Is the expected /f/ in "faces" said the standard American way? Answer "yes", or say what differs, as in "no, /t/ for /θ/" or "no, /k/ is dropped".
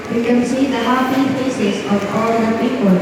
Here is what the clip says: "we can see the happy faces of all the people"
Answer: no, /p/ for /f/